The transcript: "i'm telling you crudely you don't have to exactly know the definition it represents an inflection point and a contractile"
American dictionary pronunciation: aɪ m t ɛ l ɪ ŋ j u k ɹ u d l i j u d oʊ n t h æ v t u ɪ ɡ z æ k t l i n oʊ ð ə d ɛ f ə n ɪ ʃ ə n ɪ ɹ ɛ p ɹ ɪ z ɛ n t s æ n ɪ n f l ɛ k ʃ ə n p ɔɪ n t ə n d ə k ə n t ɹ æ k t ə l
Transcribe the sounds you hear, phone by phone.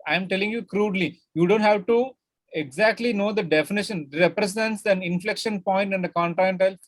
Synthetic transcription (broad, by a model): aɪ m t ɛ l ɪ ŋ j u k ɹ u d l i j u d oʊ n t h æ v t u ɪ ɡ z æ k t l i n oʊ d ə d ɛ f ə n ɪ ʃ ə n ɹ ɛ p ɹ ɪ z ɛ n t s æ n ɪ n f l ɛ k ʃ ə n p ɔɪ n t ə n d ə k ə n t ɹ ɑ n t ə l